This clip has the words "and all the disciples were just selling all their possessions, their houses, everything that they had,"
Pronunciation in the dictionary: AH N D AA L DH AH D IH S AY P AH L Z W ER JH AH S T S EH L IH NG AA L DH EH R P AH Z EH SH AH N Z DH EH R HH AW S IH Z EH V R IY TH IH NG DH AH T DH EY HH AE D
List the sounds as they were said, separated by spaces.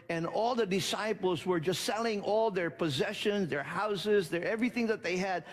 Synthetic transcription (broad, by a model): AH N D AA L DH AH D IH S AY P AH L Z W ER JH AH S T S EH L IH NG AA L DH EH R P AH Z EH SH AH N Z DH EH R HH AW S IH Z EH V R IY TH IH NG DH AH T DH EY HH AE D